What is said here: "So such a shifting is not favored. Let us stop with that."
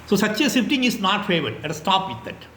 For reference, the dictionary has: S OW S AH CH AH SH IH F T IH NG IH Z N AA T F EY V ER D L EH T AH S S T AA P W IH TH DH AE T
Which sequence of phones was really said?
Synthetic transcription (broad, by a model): S OW S AH CH AH S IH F T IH NG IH S N AA T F EY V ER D L EH T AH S S T AA P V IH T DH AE T